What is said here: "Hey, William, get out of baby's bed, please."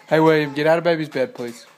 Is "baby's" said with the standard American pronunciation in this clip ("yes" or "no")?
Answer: yes